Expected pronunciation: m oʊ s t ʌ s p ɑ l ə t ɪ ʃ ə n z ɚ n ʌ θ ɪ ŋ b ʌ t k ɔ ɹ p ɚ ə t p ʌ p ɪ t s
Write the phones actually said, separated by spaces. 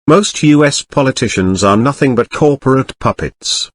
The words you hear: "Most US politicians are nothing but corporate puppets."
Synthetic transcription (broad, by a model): m oʊ s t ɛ s p ɑ l ə t ɪ ʃ ə n z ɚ n ʌ θ ɪ ŋ b ʌ t k ɔ ɹ p ɚ ə t p ʌ p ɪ t s